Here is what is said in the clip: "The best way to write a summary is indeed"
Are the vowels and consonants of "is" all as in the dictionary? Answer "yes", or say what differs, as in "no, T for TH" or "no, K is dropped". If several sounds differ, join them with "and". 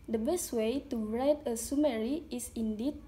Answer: no, S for Z